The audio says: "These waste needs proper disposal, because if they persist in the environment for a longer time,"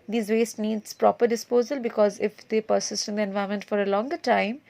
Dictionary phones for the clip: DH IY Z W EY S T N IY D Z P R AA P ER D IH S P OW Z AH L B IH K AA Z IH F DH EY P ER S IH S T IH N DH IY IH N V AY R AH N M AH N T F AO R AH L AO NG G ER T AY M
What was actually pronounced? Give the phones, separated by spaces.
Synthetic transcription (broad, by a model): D IY Z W EY S T N IY D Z P R AA P ER D IH S P OW Z AH L B IH K AA Z IH F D EY P ER S IH S T IH N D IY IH N V AY AH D M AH N T F AO R AH L AO NG G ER T AY M